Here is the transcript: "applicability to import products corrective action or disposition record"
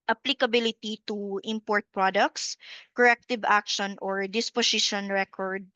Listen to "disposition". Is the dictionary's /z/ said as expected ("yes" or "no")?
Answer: no